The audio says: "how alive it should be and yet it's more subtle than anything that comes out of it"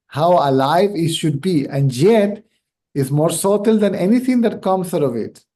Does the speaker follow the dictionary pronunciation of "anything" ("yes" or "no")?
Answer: no